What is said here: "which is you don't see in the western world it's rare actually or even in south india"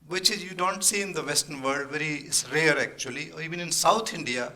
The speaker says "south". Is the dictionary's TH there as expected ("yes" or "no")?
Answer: no